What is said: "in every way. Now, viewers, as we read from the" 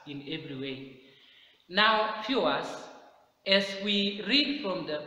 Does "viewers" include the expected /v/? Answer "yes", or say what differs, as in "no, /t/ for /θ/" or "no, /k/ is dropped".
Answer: no, /f/ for /v/